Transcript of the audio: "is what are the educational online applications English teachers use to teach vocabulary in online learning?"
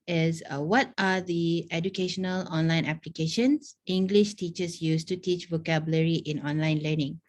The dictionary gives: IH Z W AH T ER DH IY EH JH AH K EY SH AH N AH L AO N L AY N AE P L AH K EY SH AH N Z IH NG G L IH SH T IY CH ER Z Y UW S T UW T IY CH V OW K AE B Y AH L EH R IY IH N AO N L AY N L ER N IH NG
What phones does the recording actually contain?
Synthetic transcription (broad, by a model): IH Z W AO T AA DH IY EH JH AH K EY SH AH N AH L AO N L AY N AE P L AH K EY SH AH N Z IH NG G L IH SH T IY CH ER S Y UW S T UW T IY CH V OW K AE B Y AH L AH R IY IH N AO N L AY N L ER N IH NG